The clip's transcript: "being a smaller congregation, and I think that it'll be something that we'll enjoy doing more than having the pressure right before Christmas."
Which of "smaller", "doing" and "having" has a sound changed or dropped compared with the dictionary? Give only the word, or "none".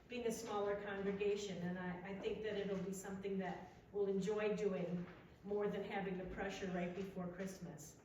none